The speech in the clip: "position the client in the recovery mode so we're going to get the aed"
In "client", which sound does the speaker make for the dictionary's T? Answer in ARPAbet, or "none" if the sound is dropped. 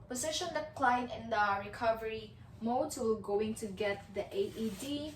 none